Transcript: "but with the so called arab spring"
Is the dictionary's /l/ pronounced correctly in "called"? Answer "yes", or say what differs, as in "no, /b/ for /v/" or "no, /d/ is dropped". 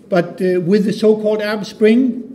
yes